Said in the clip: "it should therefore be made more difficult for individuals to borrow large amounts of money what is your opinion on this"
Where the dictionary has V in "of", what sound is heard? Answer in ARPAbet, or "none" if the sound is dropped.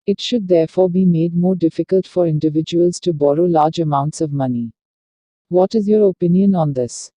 V